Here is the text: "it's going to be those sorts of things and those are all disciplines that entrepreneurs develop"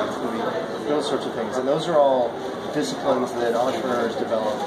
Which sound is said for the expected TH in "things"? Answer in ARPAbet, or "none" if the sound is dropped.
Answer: TH